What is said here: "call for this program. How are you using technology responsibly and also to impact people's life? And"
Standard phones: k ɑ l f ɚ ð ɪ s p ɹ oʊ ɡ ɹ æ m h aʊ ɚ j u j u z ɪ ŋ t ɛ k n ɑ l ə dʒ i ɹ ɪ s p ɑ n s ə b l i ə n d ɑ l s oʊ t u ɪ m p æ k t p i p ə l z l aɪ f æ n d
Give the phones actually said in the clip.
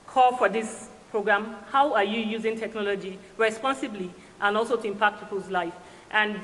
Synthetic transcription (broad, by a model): k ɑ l f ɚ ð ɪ s p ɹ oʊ ɡ ɹ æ m h aʊ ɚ j u j u z ɪ ŋ t ɛ k n ɑ l ə dʒ i ɹ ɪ s p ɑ n s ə b l i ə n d ɑ l s oʊ t u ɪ m p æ k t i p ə z l aɪ f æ n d